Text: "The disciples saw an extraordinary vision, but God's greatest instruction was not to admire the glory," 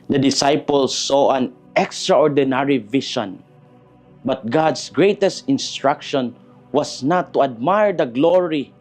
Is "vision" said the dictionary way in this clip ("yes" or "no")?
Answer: no